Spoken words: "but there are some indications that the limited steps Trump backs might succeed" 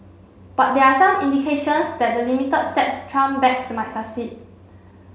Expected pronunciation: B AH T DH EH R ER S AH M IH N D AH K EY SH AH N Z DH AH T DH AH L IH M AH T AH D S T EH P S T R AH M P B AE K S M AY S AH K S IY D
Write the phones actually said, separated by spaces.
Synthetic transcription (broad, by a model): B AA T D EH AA S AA M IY N D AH K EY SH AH N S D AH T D AH L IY M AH T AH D S T EH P S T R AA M B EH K S M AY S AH S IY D